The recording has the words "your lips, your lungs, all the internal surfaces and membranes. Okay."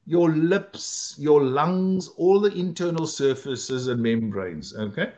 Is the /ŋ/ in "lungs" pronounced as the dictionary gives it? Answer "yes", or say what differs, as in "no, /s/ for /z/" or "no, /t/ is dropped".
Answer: yes